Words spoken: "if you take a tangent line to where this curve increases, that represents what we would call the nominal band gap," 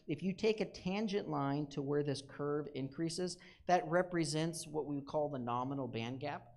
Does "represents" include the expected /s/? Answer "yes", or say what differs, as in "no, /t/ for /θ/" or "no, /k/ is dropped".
yes